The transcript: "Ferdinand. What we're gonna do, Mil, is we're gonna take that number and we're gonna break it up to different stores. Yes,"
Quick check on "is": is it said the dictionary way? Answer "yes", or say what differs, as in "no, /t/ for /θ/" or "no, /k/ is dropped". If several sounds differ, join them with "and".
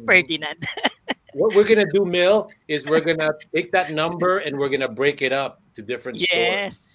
yes